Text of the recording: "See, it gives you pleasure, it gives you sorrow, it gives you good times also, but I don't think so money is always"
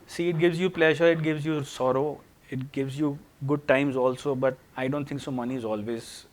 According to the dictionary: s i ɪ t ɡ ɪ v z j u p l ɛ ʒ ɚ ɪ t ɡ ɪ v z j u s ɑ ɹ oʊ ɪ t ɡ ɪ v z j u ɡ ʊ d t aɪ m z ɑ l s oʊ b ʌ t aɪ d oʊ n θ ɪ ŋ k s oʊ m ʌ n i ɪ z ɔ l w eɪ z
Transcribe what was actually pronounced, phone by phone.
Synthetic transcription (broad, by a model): s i ɪ t ɡ ɪ v z j u p l ɛ ʒ ɚ ɪ t ɡ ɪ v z j u s ɑ ɹ oʊ ɪ t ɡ ɪ v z j u ɡ ʊ d t aɪ m z ɑ l s oʊ b ʌ t aɪ d oʊ n t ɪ ŋ k s oʊ m ʌ n i ɪ z ɔ l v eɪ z